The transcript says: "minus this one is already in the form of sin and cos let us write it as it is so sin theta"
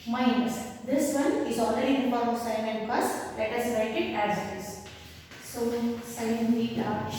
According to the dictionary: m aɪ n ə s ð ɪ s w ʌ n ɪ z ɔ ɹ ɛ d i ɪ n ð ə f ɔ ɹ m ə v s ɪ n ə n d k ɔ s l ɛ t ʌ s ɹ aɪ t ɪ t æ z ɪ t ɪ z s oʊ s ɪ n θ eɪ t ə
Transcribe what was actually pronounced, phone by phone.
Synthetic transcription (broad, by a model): m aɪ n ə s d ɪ s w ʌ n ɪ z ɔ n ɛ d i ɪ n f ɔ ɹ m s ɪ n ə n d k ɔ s l ɛ t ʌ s l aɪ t ɪ t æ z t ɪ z s oʊ s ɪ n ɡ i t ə